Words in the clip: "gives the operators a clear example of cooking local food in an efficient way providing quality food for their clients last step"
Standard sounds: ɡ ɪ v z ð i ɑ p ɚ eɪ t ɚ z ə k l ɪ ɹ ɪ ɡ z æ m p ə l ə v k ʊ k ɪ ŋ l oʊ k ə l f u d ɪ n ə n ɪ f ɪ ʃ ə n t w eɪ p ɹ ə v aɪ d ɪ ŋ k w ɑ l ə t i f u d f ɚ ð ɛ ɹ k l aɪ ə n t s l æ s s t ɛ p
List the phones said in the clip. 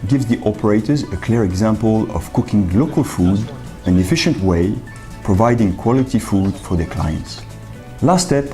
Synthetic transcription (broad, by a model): ɡ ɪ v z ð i ɑ p ɚ eɪ t ɚ z ə k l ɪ ɹ ɪ ɡ z æ m p ə l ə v k ʊ k ɪ ŋ l oʊ k ə l f u d ɪ n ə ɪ f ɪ ʃ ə n t w eɪ p ɹ ə v aɪ d ɪ ŋ k w ɑ l ə t i f u d f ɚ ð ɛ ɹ k l aɪ ə n t s l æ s s t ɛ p